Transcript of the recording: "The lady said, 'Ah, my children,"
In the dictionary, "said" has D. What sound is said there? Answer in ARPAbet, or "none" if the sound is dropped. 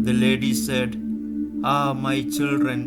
D